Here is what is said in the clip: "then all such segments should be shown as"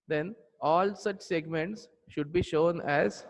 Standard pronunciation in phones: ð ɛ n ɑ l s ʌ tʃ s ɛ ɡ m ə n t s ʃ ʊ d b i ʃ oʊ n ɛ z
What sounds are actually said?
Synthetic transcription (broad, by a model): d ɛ n ɑ l s ʌ tʃ s ɛ ɡ m ə n t s ʃ ʊ d b i ʃ oʊ n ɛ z